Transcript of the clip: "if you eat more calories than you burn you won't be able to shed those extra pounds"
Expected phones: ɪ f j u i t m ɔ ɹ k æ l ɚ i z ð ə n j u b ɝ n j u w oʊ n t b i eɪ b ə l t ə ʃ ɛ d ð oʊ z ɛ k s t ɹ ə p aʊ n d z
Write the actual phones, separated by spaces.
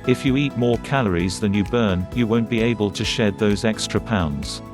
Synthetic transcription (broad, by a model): ɪ f j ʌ i t m ɔ ɹ k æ l ɚ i z ð ə n j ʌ b ɝ n j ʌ w oʊ n b i eɪ b ə l t ə ʃ ɛ d ð oʊ z ɛ k s t ɹ ə p aʊ n d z